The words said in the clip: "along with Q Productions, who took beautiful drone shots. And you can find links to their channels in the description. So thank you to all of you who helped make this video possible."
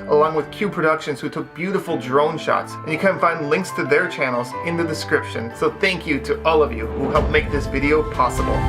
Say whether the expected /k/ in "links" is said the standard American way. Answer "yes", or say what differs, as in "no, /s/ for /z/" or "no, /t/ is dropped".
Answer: yes